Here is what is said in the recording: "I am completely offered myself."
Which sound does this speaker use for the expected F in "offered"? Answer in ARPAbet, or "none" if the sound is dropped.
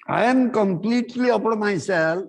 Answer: P